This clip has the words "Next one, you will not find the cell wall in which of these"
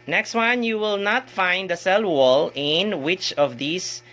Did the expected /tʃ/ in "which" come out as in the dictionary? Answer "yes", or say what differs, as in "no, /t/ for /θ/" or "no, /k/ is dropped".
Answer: yes